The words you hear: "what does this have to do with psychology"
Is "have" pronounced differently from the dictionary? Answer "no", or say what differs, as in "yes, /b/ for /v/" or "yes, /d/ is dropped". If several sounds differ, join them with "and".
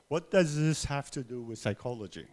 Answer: yes, /f/ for /v/